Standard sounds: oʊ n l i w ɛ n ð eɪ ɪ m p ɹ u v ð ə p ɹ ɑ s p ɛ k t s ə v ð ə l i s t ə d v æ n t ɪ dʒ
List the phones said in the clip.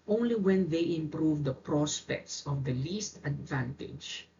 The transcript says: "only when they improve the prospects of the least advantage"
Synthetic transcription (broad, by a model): oʊ n l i w ɛ n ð eɪ ɪ m p ɹ u v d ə p ɹ ɑ s p ɛ k t s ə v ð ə l i s t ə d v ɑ n t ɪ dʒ